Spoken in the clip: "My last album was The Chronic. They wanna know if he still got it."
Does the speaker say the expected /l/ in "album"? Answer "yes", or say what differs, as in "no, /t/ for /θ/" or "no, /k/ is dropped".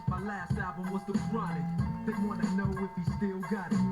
no, /l/ is dropped